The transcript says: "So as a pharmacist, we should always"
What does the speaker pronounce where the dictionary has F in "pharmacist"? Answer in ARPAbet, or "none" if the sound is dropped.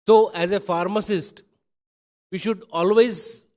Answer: F